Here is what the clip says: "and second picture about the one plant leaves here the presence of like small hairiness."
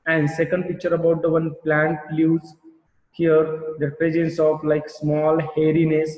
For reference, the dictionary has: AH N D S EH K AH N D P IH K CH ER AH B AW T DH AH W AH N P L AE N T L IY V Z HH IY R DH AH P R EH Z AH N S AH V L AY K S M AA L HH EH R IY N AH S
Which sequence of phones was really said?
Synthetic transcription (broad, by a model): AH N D S EH K AH N D P IH K CH ER AH B AW T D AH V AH N P L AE N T L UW Z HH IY R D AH P R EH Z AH N S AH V L AY K S M AA L HH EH R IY N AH S